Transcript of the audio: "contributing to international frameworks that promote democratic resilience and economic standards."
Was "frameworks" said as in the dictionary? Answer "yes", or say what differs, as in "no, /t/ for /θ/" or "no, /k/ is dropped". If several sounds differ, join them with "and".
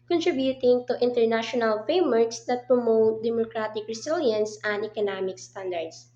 no, /ɹ/ is dropped